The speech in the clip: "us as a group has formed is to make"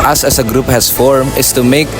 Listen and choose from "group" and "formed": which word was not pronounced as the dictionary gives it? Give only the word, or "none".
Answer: formed